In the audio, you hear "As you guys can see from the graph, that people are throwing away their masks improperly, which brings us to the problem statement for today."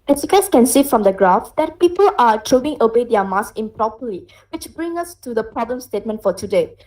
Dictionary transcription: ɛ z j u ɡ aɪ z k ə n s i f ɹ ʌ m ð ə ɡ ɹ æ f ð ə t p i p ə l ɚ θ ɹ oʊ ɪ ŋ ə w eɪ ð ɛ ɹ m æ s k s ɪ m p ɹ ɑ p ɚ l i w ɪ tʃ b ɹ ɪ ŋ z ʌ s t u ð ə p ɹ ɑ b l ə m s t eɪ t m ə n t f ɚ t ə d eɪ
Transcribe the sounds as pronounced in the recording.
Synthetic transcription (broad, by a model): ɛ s j u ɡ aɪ s k ə n s i f ɹ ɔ m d ə ɡ ɹ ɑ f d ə t p i p ə l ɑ t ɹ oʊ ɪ ŋ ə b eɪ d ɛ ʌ m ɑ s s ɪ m p ɹ ɑ p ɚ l i w ɪ tʃ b ɹ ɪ ŋ ʌ s t u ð ə p ɹ ɑ b l ə m s t eɪ t m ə n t f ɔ t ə d eɪ